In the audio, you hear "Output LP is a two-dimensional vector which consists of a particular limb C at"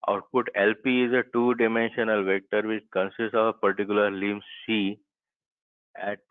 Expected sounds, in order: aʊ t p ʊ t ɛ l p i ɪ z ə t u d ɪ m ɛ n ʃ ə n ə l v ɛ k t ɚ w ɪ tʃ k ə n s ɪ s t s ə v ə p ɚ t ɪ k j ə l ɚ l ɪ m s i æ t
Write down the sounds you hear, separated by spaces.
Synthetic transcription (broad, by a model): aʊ t p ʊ t ɛ l p i ɪ z ə t u d ɪ m ɛ n ʃ ə n ə l v ɛ k t ɚ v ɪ tʃ k ə n s ɪ s t s ə v ə p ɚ t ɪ k j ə l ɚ l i m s i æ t